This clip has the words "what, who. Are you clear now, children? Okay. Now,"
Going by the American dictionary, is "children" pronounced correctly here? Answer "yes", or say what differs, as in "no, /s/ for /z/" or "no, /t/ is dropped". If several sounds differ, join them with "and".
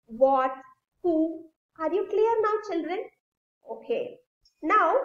yes